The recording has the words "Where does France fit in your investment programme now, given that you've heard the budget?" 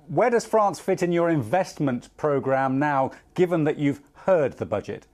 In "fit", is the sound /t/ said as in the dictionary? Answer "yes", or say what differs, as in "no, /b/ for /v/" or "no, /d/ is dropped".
yes